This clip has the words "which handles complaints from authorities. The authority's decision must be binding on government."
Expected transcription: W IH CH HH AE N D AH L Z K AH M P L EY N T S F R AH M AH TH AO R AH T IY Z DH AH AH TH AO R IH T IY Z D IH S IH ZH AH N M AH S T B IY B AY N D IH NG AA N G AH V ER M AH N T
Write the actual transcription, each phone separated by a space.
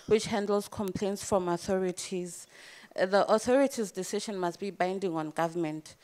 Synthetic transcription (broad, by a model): W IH CH HH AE N D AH L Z K AH M P L EY N T S F R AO M AH TH AO R AH T IY Z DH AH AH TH AO R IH T IY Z D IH S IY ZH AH N M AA S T B IY B AY N D IH NG AA N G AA V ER M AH N T